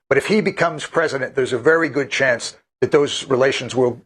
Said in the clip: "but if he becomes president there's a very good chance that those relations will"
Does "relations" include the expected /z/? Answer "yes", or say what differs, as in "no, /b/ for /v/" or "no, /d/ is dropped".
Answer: yes